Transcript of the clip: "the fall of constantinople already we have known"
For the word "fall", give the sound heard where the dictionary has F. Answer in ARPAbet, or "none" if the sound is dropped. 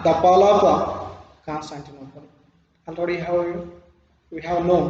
P